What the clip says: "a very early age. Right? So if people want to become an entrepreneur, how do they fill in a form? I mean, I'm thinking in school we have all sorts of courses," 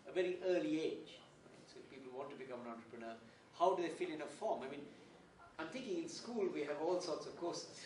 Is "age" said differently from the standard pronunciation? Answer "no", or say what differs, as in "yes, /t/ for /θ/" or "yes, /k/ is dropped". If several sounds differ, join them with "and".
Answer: no